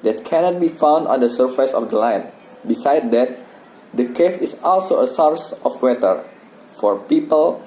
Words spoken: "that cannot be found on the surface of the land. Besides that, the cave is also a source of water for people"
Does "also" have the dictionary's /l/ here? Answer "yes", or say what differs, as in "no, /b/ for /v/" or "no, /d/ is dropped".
yes